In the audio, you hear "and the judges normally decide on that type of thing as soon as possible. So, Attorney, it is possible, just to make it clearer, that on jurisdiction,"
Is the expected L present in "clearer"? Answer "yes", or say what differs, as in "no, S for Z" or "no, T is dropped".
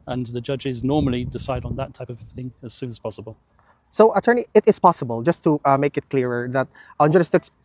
yes